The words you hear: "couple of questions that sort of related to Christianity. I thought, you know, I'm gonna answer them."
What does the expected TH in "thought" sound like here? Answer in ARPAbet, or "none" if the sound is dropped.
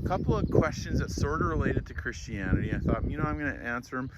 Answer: TH